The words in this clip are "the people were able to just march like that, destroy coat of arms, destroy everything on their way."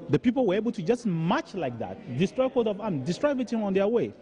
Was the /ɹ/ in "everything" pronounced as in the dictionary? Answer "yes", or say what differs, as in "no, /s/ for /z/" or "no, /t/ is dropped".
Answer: no, /ɹ/ is dropped